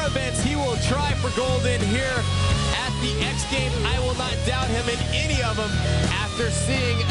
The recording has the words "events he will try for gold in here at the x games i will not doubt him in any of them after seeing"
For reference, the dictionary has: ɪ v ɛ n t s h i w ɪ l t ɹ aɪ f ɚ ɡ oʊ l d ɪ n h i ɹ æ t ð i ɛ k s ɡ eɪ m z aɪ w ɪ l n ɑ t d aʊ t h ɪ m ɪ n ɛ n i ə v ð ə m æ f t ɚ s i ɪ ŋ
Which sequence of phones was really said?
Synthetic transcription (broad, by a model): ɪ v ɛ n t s h i w ɪ l t ɹ aɪ f ɚ ɡ oʊ l d ɪ n h i ɹ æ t ð i ɛ k s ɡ eɪ m aɪ w ɪ l n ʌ t d aʊ t h ɪ m ɪ n ɛ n i ə v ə m æ f t ɚ s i ɪ ŋ